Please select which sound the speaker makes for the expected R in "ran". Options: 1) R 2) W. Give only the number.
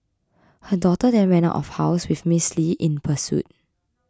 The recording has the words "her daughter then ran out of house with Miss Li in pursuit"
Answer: 2